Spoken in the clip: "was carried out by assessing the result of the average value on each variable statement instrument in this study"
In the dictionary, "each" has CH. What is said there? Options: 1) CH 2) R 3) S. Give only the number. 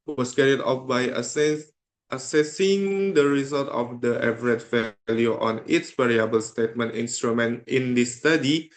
3